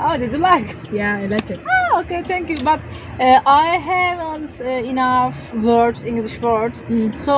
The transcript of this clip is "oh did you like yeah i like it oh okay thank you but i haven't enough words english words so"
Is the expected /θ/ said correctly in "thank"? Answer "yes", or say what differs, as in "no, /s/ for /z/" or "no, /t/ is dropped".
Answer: no, /t/ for /θ/